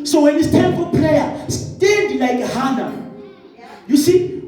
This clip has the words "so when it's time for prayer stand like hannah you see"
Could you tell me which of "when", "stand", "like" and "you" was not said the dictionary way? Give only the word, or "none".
stand